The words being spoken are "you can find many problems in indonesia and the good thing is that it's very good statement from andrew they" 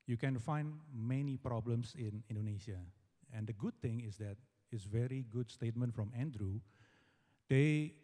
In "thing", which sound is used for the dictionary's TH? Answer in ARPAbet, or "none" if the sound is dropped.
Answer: T